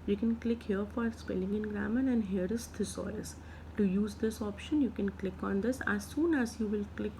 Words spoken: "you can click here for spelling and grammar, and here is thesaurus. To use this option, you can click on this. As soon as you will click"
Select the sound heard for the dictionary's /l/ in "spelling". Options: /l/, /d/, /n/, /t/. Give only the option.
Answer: /l/